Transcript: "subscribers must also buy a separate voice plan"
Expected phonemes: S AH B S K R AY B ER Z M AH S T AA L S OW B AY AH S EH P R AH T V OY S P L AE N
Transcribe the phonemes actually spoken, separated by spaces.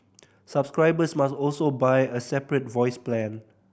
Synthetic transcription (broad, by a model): S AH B S K R AY B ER S M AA S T AA L S OW B AY AH S EH P R AH T V OY S P L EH N